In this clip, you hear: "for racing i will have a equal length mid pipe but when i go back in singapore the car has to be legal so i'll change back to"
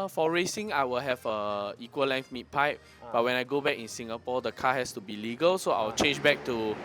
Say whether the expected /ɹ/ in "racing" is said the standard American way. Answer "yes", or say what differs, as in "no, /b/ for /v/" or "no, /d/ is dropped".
yes